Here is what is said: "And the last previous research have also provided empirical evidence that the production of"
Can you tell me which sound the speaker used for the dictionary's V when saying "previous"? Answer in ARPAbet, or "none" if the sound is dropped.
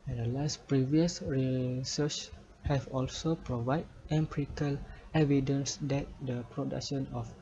V